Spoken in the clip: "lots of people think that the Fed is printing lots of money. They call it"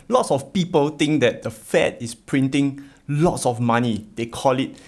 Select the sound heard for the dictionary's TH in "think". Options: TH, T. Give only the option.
T